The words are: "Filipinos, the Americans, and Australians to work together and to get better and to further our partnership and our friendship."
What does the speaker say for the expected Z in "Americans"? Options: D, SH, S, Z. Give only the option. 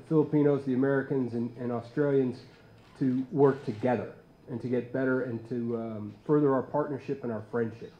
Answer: Z